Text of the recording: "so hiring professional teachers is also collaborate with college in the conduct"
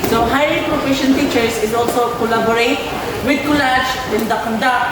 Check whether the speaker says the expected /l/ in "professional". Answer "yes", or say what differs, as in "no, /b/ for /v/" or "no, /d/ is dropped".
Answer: no, /n/ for /l/